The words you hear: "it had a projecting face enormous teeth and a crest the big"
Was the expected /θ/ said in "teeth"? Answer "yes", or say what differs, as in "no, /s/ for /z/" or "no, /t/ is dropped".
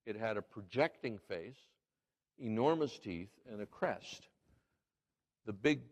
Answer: yes